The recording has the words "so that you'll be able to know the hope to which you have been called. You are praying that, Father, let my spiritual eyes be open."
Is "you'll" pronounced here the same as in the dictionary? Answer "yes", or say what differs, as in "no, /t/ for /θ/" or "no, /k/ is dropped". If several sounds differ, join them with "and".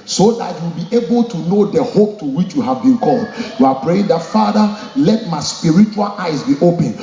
no, /w/ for /l/